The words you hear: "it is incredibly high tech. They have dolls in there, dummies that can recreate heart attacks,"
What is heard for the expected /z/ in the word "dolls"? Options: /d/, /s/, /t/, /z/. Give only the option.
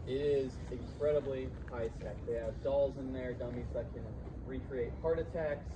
/z/